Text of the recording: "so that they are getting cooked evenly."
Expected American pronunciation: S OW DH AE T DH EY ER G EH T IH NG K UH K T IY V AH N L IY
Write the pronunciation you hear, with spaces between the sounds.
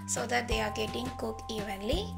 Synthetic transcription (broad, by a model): S OW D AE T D EY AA G EH T IH NG K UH K IY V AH N L IY